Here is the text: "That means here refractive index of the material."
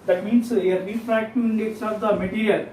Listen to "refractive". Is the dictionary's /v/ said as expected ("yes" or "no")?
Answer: no